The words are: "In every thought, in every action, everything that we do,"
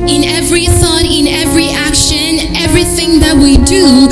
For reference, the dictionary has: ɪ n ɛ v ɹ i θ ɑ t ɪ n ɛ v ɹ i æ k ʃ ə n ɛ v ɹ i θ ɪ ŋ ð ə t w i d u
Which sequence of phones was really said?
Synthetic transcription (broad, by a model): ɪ n ɛ v ɹ i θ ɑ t ɪ n ɛ v ɹ i æ k ʃ ə n ɛ v ɹ i θ ɪ ŋ ð ə t w i d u